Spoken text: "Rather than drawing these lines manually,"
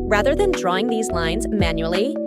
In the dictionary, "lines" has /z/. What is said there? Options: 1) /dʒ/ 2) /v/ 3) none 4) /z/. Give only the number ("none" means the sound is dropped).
4